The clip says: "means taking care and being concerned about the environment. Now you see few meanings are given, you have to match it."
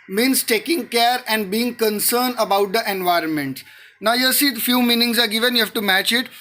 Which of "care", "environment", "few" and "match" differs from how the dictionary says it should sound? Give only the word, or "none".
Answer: none